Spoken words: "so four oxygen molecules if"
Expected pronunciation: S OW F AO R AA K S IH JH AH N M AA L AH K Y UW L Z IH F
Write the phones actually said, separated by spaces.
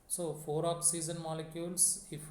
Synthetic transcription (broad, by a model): S OW F AO R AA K S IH Z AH N M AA L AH K Y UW L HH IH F